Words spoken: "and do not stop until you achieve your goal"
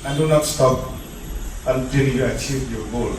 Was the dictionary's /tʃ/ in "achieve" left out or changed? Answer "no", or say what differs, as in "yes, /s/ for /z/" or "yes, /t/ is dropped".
no